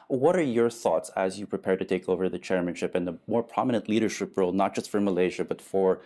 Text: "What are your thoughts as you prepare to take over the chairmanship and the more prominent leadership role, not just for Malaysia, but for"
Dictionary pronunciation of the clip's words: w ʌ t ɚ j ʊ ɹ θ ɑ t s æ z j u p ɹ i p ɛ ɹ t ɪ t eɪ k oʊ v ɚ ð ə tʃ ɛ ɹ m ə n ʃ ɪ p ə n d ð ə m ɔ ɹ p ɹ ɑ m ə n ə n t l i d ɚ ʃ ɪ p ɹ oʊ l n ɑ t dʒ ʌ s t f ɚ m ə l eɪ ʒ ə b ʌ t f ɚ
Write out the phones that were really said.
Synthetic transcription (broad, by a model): w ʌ t ɚ j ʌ ɹ θ ɑ t s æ z j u p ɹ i p ɛ ɹ t ɪ t eɪ k oʊ v ɚ ð ə tʃ ɛ ɹ m ə n ʃ ɪ p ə n ð ə m ɔ ɹ p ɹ ɑ m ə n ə n t l i d ɚ ʃ ɪ p ɹ oʊ l n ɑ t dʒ ʌ s t f ɚ m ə l eɪ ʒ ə b ʌ t f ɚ